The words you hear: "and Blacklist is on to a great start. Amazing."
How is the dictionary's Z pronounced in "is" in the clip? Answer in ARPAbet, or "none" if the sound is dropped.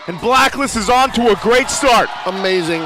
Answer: Z